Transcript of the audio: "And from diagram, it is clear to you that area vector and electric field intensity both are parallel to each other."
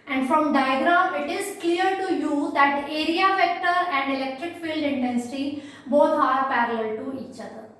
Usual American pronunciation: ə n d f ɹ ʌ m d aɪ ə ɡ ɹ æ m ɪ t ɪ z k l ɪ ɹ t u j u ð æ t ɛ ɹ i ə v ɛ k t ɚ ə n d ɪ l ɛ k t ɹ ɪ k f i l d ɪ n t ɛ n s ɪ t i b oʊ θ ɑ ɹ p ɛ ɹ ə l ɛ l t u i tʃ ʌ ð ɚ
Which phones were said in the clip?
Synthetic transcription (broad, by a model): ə n d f ɹ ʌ m d aɪ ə ɡ ɹ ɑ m ɪ t ɪ z k l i ɹ t u j u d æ t ɛ ɹ i ə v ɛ k t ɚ ə n d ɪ l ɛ k t ɹ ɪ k f i l d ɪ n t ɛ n s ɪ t i b oʊ t ɑ ɹ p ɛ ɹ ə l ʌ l t u i tʃ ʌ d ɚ